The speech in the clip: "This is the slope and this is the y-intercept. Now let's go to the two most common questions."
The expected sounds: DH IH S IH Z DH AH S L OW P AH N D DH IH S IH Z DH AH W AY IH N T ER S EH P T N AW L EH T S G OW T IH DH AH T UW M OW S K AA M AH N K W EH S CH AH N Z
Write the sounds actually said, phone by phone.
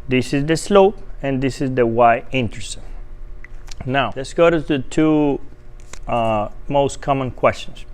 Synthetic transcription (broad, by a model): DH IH S IH Z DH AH S L OW P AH N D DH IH S IH Z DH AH W AY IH N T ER S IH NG N AW L EH T S G OW T IH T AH T UW M OW S K AA M AH N K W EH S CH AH N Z